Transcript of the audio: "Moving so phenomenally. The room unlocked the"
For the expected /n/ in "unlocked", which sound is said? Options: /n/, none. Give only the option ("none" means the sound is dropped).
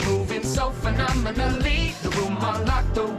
none